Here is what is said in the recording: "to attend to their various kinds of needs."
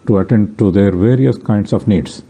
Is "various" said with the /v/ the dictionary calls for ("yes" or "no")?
yes